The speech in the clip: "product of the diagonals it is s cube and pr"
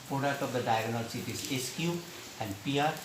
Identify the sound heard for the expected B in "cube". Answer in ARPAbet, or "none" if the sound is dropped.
none